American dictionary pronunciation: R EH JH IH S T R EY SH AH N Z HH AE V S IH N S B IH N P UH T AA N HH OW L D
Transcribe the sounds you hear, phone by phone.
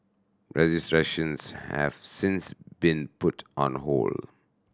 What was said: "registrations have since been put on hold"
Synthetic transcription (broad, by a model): R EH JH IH S T R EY SH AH N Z HH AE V S IH N S B IH N P UH T AA N HH OW L